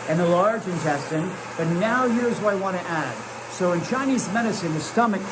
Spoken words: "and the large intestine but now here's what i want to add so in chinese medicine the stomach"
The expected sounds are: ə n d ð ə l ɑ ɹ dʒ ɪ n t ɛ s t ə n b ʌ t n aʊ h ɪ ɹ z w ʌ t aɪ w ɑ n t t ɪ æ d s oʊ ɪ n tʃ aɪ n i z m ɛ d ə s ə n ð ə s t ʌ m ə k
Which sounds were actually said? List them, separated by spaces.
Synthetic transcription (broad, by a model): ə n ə l ɑ ɹ dʒ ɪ n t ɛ s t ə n b ʌ t n aʊ h ɪ ɹ z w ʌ aɪ w ɑ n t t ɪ æ d s oʊ ɪ n tʃ aɪ n i z m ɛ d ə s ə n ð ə s t ʌ m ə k